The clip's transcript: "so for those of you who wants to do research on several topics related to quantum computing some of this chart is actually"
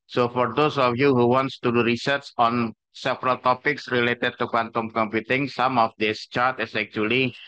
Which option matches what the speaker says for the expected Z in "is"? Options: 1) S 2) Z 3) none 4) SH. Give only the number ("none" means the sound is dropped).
1